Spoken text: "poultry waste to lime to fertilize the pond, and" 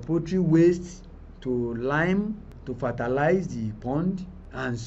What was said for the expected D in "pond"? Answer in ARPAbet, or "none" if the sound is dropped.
D